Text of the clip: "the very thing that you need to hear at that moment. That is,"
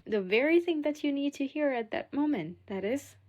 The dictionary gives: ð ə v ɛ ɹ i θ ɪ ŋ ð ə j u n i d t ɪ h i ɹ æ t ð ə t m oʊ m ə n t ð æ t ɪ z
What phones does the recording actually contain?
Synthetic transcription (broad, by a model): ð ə v ɛ ɹ i θ ɪ ŋ ð ə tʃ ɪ n i d t ɪ h i ɹ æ t ð ə t m oʊ m ə n t ð æ t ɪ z